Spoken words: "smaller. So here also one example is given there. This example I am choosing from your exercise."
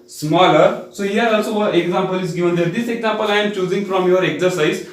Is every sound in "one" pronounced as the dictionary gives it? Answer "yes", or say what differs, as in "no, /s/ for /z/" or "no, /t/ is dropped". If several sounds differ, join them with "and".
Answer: no, /n/ is dropped